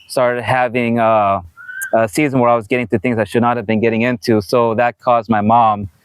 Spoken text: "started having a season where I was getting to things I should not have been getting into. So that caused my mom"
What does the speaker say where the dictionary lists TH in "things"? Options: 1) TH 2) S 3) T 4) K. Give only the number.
1